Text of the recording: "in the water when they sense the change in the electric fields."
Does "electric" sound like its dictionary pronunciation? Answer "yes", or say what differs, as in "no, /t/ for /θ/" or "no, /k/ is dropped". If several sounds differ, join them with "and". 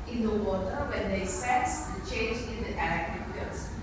no, /ɹ/ is dropped